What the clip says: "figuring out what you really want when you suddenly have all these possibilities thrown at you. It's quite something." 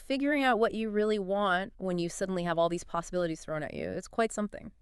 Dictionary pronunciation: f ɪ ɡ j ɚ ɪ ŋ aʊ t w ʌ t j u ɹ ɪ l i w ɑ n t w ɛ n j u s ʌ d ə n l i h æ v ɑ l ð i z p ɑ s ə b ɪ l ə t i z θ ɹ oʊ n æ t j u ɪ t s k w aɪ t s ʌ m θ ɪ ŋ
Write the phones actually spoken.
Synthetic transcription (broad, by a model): f ɪ ɡ j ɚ ɪ ŋ aʊ t w ʌ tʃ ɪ ɹ ɪ l i w ɑ n t w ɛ n j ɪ s ʌ d n l i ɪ v ɑ l ð i z p ɑ s ə b ɪ l ə t i z θ ɹ oʊ n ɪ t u ɪ t s k w aɪ t s ʌ m θ ɪ ŋ